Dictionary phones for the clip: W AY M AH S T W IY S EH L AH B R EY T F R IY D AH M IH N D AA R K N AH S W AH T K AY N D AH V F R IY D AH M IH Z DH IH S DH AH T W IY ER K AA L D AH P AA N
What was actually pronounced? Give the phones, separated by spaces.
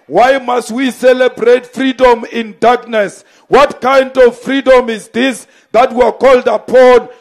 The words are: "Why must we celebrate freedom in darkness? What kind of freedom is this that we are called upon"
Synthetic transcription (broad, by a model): W AY M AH S T W IY S EH L AH B R EY T F R IY D AH M IH N D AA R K N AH S W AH T K AY N D AH V F R IY D AH M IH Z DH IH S DH AH T W IY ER K AA L D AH P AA N